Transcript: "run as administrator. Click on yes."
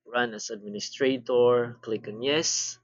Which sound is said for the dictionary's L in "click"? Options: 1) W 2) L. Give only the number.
2